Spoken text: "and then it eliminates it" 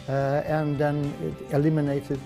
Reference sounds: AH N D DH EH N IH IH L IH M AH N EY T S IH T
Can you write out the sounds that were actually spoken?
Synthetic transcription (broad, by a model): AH N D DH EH N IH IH L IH M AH N EY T IH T